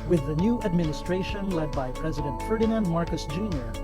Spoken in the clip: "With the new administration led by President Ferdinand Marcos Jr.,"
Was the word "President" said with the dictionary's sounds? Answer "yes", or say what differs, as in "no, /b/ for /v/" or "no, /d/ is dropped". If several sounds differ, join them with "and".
yes